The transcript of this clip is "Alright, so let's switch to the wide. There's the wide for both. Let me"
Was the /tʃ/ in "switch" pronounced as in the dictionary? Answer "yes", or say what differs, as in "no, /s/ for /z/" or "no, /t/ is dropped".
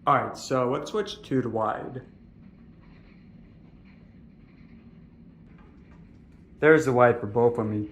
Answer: yes